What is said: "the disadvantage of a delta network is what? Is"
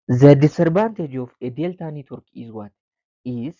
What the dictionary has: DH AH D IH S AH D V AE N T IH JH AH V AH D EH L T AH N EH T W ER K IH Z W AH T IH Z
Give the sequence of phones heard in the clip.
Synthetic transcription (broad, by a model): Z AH D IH S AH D B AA N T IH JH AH F AH D EH L T AH N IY T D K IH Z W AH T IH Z